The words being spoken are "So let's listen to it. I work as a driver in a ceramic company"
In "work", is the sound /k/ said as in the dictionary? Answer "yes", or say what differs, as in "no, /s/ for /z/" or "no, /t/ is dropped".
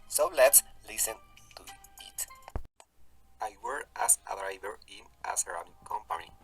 no, /k/ is dropped